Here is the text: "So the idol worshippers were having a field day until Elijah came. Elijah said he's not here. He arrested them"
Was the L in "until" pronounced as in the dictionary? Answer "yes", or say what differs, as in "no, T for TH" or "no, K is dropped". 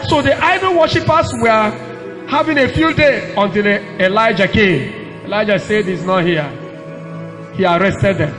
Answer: yes